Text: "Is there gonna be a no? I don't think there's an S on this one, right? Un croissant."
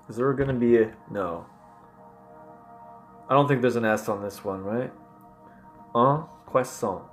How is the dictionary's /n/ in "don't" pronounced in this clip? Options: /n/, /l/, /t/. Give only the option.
/n/